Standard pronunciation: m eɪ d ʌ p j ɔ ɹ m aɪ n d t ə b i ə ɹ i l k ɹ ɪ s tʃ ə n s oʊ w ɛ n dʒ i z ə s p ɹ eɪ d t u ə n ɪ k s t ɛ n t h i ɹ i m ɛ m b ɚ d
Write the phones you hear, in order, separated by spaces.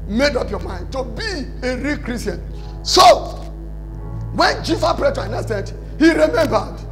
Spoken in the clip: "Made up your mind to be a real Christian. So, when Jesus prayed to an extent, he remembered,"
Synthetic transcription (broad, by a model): m eɪ d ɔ p j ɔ m aɪ n d t ə b i ə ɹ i k ɹ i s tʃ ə n s oʊ w ɛ n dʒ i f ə p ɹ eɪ t u ə n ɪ s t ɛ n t h i ɹ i m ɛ m b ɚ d